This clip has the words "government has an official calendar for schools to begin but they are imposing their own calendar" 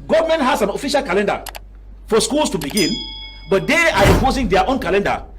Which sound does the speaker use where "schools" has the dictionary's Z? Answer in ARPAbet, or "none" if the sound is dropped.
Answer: S